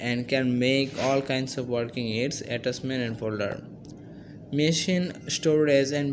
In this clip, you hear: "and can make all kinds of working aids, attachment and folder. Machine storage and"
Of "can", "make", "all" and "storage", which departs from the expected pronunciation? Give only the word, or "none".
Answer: storage